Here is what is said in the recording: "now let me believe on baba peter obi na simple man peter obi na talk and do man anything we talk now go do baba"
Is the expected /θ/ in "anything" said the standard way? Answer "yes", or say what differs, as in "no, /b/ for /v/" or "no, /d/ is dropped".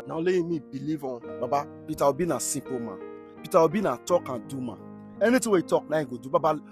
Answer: no, /t/ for /θ/